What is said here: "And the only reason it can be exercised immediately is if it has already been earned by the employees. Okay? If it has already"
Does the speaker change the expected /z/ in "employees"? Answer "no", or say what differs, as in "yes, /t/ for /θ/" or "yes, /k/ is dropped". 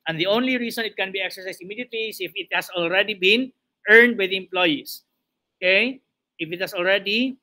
yes, /s/ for /z/